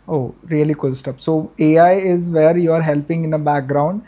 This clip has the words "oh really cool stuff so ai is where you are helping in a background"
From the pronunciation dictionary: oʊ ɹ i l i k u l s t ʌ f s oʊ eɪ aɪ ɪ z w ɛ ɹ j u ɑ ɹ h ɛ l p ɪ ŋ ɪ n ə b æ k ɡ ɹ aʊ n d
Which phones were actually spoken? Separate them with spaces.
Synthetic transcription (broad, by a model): oʊ ɹ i l i k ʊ l s t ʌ p s oʊ eɪ aɪ ɪ z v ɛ ɹ j u ɑ ɹ h ɛ l p ɪ ŋ ɪ n ə b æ k ɡ ɹ aʊ n d